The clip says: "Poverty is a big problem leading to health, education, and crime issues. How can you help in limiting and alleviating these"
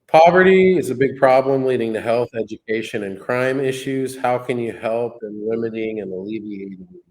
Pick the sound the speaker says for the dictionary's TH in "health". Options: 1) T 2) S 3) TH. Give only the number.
3